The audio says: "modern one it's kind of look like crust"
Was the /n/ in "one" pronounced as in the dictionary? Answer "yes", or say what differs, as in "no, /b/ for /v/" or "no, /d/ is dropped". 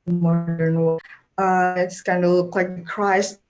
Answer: no, /n/ is dropped